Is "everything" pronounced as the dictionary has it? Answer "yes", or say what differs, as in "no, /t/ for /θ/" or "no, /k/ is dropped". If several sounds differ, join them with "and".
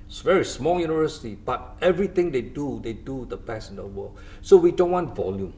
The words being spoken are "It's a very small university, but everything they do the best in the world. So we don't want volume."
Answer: no, /t/ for /θ/